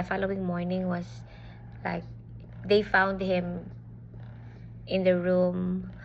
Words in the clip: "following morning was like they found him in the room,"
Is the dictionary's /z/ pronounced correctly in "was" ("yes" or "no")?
no